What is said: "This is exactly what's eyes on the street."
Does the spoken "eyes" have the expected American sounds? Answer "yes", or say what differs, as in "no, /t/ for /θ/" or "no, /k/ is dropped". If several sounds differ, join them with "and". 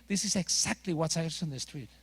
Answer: no, /s/ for /z/